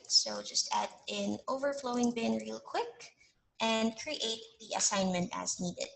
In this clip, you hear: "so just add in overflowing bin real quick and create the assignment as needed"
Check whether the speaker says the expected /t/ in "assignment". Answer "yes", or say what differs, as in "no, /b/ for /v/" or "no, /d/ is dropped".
yes